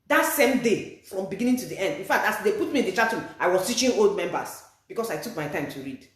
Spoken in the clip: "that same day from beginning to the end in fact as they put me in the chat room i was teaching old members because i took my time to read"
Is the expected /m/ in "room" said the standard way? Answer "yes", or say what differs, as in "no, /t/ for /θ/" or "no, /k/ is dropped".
no, /m/ is dropped